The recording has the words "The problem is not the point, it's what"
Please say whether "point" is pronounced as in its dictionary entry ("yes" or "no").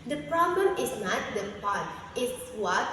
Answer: no